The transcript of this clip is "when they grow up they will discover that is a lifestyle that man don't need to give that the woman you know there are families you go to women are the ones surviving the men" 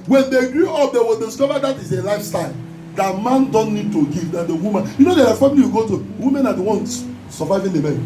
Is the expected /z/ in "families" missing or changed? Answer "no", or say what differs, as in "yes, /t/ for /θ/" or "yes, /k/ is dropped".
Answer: yes, /z/ is dropped